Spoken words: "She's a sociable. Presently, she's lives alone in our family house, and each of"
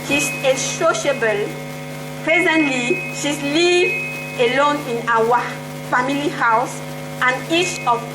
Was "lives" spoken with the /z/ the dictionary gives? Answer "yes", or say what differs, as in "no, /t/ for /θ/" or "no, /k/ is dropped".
no, /z/ is dropped